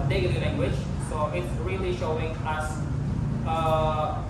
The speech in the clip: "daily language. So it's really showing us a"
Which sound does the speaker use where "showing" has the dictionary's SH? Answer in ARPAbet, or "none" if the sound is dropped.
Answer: SH